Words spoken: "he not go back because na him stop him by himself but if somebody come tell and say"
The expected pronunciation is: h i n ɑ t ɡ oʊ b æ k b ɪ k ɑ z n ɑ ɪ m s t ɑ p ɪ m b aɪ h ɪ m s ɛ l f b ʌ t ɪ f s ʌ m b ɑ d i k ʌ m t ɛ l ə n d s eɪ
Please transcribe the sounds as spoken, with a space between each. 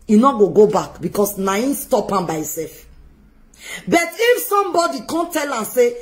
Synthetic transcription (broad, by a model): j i n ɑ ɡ ɡ oʊ b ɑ k b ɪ k ɑ s n ɑ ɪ s t ɑ p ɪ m b aɪ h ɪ s ɛ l f b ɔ t ɪ f s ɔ m b ɑ d i k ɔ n t ɛ l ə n s eɪ